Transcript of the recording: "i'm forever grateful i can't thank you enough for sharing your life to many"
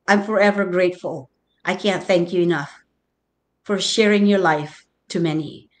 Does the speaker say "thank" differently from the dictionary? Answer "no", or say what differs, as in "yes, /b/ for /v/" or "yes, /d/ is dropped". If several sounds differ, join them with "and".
no